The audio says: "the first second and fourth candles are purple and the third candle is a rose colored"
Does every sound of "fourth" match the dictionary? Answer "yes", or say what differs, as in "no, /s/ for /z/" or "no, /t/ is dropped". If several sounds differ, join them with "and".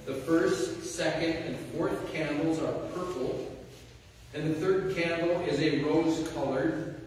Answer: yes